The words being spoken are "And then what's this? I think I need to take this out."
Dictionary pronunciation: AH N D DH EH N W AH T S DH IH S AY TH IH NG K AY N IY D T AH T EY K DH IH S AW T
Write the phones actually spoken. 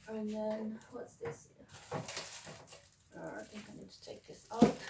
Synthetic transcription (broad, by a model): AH N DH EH N W AH T S DH IH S AY TH IH NG K AY N IY D T AH T EY K DH IH S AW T